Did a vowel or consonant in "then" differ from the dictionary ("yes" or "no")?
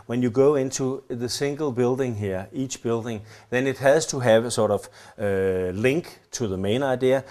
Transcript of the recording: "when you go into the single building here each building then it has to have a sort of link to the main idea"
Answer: no